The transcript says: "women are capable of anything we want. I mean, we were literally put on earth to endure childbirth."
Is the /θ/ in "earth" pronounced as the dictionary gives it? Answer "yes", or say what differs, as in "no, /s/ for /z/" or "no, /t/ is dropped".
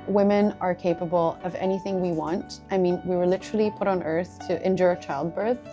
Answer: yes